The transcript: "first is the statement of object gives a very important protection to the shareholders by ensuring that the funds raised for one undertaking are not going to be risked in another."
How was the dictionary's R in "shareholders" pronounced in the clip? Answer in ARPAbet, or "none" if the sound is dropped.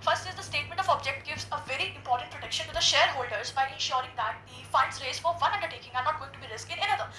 R